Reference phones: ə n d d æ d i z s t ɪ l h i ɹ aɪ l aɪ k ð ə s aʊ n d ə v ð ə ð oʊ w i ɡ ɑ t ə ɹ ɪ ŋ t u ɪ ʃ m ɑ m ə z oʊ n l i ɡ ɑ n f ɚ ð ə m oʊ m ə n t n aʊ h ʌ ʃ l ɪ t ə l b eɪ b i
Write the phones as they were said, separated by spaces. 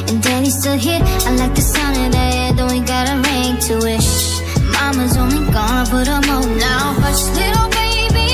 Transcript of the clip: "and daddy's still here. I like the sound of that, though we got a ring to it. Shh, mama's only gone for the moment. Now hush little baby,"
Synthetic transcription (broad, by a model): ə n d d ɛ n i s t ɪ l h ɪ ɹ aɪ l aɪ k ð ə s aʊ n ə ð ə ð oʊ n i ɡ ɑ t ə ɹ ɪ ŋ t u ɪ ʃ m ɑ m ə z oʊ n l i ɡ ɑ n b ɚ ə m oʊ ə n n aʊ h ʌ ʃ l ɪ t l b eɪ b i